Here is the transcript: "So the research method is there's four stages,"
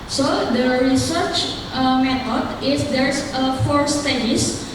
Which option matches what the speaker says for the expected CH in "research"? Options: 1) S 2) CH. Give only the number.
2